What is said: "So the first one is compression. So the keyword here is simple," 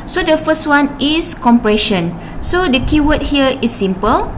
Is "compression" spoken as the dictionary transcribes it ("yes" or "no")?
yes